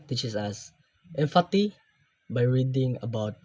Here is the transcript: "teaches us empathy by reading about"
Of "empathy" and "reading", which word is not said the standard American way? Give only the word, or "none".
empathy